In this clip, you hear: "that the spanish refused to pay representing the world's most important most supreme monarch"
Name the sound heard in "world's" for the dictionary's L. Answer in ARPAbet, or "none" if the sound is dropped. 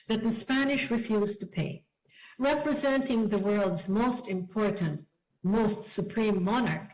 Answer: L